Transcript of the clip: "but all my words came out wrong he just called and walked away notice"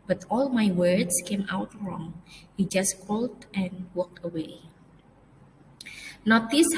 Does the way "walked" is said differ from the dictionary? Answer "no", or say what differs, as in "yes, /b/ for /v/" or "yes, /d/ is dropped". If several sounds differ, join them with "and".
no